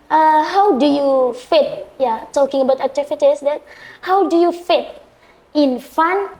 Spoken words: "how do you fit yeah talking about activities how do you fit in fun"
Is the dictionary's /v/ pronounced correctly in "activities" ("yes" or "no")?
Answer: no